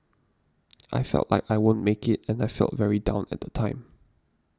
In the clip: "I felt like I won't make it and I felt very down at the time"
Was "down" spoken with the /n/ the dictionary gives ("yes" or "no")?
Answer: yes